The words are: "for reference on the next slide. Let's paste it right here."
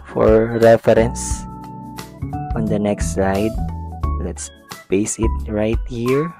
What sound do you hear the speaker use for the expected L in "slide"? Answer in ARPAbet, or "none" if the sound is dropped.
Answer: none